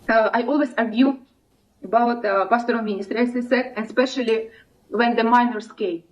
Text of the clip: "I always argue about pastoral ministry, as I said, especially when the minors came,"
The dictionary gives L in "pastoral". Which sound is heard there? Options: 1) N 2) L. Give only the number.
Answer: 1